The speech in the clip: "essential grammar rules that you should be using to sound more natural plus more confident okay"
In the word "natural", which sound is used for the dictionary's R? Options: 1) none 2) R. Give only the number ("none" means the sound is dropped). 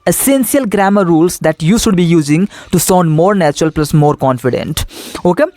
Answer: 2